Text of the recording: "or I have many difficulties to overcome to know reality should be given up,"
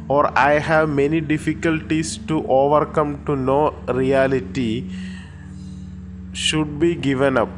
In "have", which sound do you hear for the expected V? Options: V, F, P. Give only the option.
V